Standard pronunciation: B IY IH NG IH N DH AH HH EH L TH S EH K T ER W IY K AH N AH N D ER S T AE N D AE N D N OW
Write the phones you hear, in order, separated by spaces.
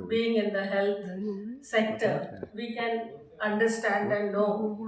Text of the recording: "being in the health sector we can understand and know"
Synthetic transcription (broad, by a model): B IY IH NG IH N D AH HH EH L T S EH K T ER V IY K AH N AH N D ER S T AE N D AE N D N OW